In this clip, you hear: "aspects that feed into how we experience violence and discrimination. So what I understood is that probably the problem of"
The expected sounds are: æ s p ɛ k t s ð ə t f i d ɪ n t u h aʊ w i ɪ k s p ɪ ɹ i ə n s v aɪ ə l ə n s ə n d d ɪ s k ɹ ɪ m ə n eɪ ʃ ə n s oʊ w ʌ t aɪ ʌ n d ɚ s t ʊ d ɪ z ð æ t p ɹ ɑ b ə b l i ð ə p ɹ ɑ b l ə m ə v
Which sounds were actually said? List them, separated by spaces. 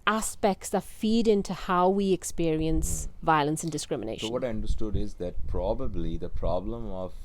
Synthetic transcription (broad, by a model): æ s p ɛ k t s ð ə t f i d ɪ n t u h aʊ w i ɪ k s p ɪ ɹ i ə n s v aɪ ə l ə n s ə n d d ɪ s k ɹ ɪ m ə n eɪ ə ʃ s oʊ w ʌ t aɪ ʌ n d ɚ s t ʊ d ɪ z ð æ t p ɹ ɑ b ə b l i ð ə p ɹ ɑ b l ə m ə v